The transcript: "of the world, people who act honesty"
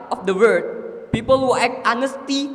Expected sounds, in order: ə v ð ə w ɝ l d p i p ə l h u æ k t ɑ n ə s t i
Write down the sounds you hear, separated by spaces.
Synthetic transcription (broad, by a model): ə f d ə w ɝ d p i p ə l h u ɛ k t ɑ n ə s t i